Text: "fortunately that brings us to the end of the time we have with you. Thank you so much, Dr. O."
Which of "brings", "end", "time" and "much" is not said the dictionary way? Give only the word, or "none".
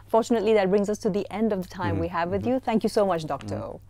none